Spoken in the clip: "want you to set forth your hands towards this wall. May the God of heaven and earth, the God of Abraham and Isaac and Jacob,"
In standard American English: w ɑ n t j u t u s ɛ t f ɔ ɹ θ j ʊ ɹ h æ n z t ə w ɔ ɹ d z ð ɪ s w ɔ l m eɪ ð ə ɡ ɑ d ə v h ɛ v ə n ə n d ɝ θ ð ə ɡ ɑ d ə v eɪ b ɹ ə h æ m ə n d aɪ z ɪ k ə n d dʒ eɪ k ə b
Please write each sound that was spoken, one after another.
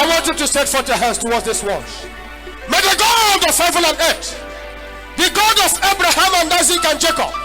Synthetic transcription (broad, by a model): w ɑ n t j u t u s ɛ t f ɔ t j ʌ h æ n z t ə w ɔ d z ð ɪ s w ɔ n m eɪ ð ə ɡ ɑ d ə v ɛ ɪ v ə l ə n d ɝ t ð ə ɡ ɑ d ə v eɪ b ɹ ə h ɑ m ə n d aɪ z ɪ k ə n dʒ eɪ k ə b